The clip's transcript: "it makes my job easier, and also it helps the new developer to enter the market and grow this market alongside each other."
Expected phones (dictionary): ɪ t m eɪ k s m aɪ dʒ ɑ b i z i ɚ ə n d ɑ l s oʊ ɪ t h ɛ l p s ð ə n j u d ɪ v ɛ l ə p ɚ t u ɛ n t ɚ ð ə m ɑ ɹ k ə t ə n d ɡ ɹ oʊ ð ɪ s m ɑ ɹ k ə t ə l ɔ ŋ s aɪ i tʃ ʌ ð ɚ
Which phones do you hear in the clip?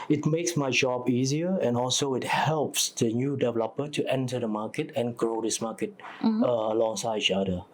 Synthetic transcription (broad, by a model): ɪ t m eɪ k s m aɪ dʒ ɑ b i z i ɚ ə n ɑ l s oʊ ɪ t h ɛ l p s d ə n j u d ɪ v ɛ l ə p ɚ t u ɛ n t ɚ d ə m ɑ k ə t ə n ɡ ɹ oʊ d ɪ s m ɑ k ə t ə l ɔ ŋ s aɪ i tʃ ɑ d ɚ